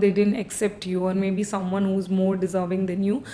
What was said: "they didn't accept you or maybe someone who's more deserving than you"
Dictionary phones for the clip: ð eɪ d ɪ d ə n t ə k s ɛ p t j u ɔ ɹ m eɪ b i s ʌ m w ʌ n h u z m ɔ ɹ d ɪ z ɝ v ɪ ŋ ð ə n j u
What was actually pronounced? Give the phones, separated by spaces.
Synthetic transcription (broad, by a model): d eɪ d ɪ d ə n t ə k s ɛ p t j u ɔ ɹ m eɪ b i s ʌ m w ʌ n h u z m ɔ ɹ d ɪ z ɝ v ɪ ŋ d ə n j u